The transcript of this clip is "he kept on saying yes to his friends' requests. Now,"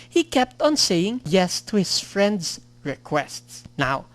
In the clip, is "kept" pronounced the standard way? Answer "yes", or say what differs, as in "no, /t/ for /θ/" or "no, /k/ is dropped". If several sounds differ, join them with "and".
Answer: yes